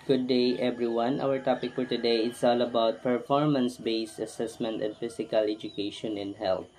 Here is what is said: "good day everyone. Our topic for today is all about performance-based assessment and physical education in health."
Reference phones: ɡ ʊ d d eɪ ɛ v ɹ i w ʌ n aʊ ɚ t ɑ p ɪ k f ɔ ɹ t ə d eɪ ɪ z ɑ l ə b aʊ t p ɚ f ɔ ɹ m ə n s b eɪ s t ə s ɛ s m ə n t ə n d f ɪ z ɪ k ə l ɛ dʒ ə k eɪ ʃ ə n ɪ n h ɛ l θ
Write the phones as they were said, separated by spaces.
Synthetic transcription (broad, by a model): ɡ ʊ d d eɪ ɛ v ɹ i w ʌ n aʊ ɚ t ɑ p ɪ k f ɔ ɹ t ə d eɪ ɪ s ɑ l ə b aʊ t p ɚ f ɔ ɹ m ə n s b eɪ s t ə s ɛ s m ə n t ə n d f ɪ s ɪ k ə l ɛ dʒ ə k eɪ ʃ ə n ɪ n h ɛ l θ